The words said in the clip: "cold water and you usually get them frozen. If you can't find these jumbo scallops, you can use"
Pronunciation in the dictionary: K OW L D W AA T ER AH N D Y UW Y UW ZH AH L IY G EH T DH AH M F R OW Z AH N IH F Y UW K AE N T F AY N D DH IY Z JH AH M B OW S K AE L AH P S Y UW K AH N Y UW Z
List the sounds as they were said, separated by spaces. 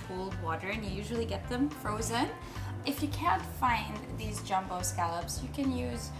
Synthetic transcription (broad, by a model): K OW L D W AA T ER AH N Y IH Y UW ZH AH L IY G EH T DH AH M F R OW Z AH N IH F Y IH K AE N T F AY N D DH IY Z JH AH M B OW S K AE L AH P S Y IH K AH N Y UW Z